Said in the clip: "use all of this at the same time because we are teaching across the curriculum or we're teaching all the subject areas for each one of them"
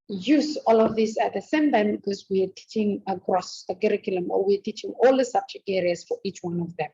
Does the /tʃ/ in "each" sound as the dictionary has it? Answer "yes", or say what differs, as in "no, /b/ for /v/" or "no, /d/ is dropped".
yes